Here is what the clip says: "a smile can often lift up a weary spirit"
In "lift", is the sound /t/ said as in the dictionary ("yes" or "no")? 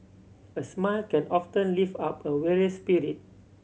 no